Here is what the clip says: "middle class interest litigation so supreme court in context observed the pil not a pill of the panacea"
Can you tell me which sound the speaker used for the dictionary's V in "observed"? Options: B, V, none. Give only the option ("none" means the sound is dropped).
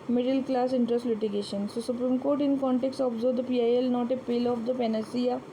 none